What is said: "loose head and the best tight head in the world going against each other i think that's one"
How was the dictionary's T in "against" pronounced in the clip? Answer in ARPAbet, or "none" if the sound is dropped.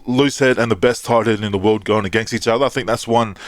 T